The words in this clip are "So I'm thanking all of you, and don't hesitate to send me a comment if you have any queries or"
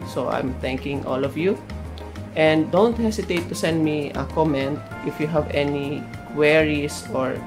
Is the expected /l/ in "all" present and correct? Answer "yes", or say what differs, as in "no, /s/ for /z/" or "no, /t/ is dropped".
yes